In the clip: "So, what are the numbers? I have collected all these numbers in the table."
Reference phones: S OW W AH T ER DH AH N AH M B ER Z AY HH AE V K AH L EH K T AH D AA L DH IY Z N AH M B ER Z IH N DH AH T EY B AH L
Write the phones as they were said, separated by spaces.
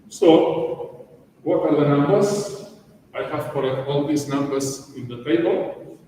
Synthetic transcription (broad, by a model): S OW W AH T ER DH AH N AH M B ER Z AY HH AE V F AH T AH AA L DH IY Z N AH M B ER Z IH N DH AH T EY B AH L